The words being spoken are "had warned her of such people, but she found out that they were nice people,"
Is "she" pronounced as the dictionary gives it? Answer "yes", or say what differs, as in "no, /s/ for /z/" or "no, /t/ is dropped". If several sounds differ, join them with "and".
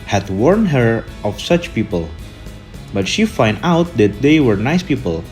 yes